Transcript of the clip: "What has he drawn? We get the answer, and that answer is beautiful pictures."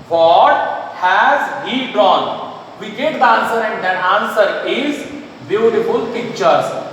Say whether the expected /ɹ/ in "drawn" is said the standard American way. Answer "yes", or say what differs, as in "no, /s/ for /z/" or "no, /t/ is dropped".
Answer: no, /ɹ/ is dropped